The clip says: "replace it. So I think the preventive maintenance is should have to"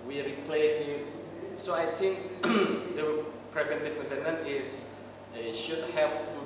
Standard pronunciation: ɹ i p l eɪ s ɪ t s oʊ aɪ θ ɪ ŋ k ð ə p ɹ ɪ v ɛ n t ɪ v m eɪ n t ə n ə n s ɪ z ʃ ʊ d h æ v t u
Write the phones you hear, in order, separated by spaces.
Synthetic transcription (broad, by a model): ɹ i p l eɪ s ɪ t s oʊ aɪ t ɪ ŋ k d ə p ɹ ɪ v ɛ n t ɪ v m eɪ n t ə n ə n ɪ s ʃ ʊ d h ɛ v t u